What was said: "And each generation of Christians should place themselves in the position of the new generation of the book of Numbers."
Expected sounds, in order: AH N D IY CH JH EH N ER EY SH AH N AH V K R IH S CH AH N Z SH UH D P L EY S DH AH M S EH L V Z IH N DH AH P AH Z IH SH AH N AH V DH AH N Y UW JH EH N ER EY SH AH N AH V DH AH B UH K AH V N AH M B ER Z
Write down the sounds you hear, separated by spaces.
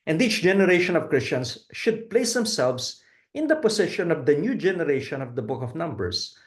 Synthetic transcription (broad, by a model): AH N D IY CH JH EH N ER EY SH AH N AH V K R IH S CH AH N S SH UH D P L EY S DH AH M S EH L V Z IH N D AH P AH S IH SH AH N AH V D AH N Y UW JH EH N ER EY SH AH N AH V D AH B UH K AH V N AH M B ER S